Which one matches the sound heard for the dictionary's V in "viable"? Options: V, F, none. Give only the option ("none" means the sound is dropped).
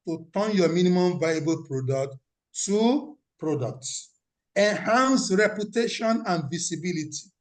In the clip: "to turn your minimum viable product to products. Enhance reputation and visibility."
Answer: V